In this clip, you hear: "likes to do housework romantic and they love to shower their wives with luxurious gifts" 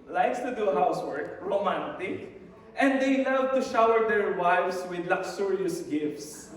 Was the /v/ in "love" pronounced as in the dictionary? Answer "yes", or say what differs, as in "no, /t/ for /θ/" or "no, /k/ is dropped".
no, /w/ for /v/